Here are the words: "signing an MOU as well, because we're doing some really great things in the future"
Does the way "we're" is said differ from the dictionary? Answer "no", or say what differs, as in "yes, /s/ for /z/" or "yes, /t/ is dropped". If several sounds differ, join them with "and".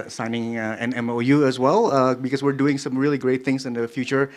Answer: no